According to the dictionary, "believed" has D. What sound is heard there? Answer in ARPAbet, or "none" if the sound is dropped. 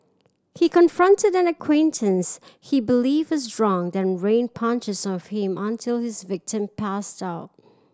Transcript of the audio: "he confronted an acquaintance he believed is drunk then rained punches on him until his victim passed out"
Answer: none